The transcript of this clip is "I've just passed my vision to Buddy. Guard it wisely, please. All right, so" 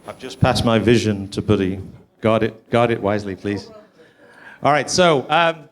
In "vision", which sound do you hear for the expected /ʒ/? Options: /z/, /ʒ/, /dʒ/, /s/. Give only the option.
/ʒ/